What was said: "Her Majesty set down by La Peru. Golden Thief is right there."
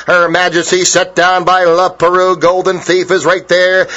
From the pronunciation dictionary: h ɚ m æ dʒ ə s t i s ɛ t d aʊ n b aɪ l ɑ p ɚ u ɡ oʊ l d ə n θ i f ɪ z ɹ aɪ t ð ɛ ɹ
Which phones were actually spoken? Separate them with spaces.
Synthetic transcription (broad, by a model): h ɚ m æ dʒ ə s t i s ɛ t d aʊ n b aɪ l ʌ p ɚ u ɡ oʊ l d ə n θ i f ɪ z ɹ aɪ t ð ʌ ɹ